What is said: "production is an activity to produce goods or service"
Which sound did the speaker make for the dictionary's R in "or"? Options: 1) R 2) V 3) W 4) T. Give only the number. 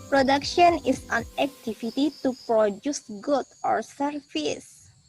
1